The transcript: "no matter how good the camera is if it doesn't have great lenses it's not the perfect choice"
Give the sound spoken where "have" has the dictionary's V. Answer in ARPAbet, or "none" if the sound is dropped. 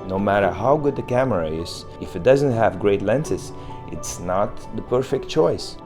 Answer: V